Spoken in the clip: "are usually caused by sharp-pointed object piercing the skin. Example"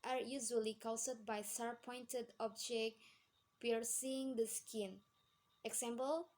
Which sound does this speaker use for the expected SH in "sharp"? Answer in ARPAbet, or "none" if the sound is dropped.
S